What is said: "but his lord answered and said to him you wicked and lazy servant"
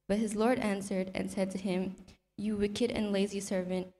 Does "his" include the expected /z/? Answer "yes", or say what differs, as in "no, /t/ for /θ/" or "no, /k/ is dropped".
yes